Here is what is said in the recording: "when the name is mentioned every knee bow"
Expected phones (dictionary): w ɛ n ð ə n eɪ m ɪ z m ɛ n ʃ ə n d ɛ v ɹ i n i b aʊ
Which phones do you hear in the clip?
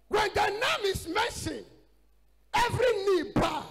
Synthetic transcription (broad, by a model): w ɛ n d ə n eɪ m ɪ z m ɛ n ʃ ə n ɛ v ɹ i n i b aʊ